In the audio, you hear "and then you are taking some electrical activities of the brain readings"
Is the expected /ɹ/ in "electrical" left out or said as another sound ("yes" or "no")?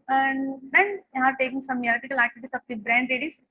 yes